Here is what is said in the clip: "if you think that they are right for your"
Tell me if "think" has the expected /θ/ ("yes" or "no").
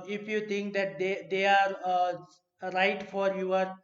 no